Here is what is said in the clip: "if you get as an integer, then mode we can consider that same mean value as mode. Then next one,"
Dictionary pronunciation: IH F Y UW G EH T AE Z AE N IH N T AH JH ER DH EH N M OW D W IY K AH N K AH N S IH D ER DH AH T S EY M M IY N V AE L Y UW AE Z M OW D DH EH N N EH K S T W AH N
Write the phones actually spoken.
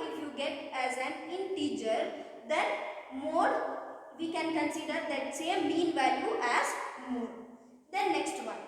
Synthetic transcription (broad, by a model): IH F Y UW G EH T AE Z AE N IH N T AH CH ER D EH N M OW D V IY K AH N K AH N S IH D ER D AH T S EY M M IY N V AE L Y UW AE Z M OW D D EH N N EH K S T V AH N